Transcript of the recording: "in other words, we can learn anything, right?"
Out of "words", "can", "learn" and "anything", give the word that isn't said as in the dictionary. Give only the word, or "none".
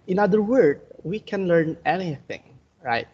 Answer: words